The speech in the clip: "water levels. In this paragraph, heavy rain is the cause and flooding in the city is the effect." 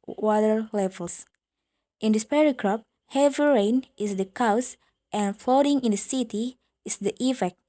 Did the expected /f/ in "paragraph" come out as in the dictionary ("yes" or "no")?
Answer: no